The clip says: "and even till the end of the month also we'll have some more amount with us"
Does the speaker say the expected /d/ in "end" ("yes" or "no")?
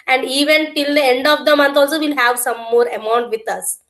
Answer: yes